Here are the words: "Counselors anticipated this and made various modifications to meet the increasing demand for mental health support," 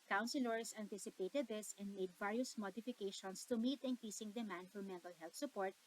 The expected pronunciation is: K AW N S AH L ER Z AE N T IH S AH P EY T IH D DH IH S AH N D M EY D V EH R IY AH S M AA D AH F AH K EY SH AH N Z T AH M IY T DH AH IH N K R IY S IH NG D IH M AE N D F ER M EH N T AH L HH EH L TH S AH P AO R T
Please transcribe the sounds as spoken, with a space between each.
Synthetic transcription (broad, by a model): K AW N S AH L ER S AE N T IH S AH P EY T IH D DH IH S AH N D M EY D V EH R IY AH S M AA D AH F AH K EY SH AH N S T AH M IY T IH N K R IY S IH NG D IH M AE N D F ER M EH N T AH L HH EH L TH S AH P AO R T